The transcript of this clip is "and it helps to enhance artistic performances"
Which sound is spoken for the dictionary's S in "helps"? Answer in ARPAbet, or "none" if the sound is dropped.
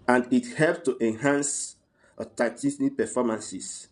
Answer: none